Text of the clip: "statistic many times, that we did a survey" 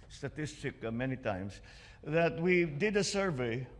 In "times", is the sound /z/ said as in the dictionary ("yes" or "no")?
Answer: no